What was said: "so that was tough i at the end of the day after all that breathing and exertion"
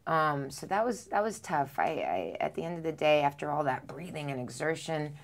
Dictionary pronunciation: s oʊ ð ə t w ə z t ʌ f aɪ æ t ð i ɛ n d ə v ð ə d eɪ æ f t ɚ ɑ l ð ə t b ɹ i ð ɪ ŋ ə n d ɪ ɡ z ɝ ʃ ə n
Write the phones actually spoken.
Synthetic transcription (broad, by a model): s oʊ ð ə t w ə z t ʌ f aɪ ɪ t ð i ɛ n d ə v ð ə d eɪ æ f t ɚ ɑ l ð ə t b ɹ i ð ɪ ŋ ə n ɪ ɡ z ɝ ʃ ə n